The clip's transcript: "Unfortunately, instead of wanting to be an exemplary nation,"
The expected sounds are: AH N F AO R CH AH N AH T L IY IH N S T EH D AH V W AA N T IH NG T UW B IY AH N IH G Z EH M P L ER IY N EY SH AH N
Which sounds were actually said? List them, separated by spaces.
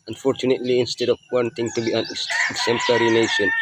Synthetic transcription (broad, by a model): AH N F AO R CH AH N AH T L IY IH N S T EH D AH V W AA N T IH NG T UW B IY AH N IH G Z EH M P L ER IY N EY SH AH N